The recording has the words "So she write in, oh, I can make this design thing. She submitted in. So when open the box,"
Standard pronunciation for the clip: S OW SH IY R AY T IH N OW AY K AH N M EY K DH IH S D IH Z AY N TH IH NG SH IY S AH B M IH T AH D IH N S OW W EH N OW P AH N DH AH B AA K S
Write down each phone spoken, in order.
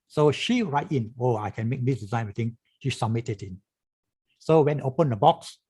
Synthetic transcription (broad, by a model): S OW SH IY R AY T IH N OW AY K AH N M EY K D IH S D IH Z AY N T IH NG SH IY S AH M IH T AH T IH N S OW W EH N OW P AH N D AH B AA K S